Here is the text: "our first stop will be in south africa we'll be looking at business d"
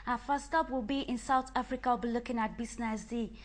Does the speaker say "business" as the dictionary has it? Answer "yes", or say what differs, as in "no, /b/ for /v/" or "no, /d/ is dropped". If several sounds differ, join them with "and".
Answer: no, /s/ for /z/